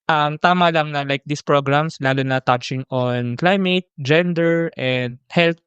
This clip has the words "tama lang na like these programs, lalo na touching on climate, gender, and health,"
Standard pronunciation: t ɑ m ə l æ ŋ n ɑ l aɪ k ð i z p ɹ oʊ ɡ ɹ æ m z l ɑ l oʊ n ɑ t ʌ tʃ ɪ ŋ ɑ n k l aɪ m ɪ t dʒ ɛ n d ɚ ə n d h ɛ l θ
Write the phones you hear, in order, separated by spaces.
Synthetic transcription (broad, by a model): t ɑ m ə l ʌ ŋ n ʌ l aɪ k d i s p ɹ oʊ ɡ ɹ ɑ m s l ɑ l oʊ n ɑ t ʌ tʃ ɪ ŋ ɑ n k l aɪ m ɪ t dʒ ɛ n d ɚ ə n d h ɛ l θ